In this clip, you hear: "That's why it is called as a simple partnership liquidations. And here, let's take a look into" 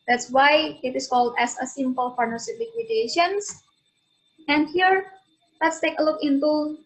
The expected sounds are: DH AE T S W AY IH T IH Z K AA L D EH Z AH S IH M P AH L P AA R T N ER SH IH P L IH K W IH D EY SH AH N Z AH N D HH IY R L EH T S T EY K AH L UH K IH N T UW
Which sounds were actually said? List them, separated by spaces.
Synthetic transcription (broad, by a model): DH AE T S W AY IH T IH S K AA L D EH S AH S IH M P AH L F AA R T N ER S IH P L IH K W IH D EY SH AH N S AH N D HH IY R L EH T S T EY K AH L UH K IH N T UW